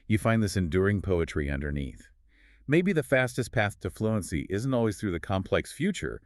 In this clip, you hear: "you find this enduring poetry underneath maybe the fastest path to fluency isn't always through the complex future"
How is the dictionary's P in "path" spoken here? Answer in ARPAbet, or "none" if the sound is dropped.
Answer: P